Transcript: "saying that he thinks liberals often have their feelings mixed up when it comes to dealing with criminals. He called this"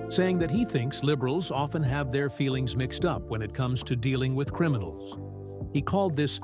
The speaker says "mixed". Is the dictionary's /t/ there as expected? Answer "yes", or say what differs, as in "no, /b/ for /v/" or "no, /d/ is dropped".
yes